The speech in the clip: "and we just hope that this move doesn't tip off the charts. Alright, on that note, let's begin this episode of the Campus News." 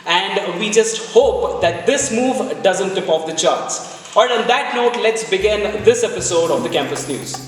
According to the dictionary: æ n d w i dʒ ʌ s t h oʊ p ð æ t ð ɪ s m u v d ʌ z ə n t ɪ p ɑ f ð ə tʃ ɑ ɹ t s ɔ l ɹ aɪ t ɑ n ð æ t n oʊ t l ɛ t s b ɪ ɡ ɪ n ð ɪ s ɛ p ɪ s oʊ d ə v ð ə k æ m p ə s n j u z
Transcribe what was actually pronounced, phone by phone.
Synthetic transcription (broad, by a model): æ n d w i dʒ ʌ s t h oʊ p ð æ t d ɪ s m u v d ʌ z ə n t ɪ p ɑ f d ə tʃ ɑ ɹ t s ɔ ɹ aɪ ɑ n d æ t n oʊ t l ɛ t s b ɪ ɡ ɪ n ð ɪ s ɛ p ɪ s oʊ d ə v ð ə k æ m p ə s n j u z